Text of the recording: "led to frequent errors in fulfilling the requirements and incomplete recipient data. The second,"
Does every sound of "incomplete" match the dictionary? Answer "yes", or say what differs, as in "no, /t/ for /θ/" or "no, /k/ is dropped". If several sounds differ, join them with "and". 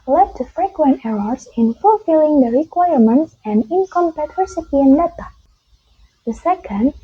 no, /l/ is dropped